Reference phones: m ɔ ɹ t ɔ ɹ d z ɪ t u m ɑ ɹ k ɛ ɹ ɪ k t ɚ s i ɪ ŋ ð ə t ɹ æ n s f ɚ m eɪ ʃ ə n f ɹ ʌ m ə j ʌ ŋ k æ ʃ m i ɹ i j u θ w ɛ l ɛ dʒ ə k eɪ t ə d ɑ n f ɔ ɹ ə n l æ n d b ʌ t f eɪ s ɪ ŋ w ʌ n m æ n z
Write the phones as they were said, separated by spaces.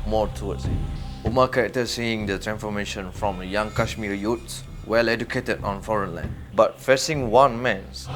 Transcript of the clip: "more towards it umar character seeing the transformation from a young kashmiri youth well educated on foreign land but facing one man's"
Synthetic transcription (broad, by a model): m ɔ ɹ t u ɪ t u m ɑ k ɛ ɹ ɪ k t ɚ s i ɪ ŋ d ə t ɹ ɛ n s f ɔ m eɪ ʃ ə n f ɹ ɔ m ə j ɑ ŋ k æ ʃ m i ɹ j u s w ɛ l ɛ dʒ ə k eɪ t ə d ɑ n f ɔ ɹ ə n l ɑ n b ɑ t f eɪ s ɪ ŋ w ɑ n m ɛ n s